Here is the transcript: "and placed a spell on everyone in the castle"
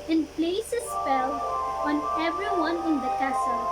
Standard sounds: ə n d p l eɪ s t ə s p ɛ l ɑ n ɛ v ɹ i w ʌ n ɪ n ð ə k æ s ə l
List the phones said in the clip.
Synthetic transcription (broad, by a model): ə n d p l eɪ s ə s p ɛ l ɑ n ɛ v ɹ i w ʌ n ɪ n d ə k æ s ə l